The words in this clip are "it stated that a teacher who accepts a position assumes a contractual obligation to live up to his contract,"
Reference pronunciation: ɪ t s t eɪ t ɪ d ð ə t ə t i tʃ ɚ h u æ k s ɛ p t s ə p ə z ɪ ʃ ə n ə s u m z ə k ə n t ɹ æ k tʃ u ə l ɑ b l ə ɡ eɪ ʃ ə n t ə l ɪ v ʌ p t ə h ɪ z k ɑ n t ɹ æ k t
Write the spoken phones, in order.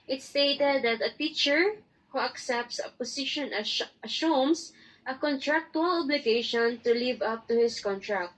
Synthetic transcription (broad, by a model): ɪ t s t eɪ t ɪ d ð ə t ə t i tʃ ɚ h u æ k s ɛ p t s ə p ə s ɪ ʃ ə n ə ʃ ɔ m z ə k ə n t ɹ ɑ k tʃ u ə l ɑ b l ə ɡ eɪ ʃ ə n t ə l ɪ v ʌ p t ə h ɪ s k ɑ n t ɹ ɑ k t